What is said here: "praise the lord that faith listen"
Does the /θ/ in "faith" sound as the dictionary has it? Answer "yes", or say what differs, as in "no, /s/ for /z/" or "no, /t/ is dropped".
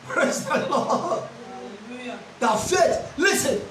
no, /t/ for /θ/